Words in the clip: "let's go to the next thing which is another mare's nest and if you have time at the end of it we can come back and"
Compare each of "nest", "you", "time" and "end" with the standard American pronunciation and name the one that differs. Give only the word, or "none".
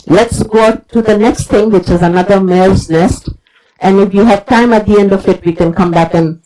none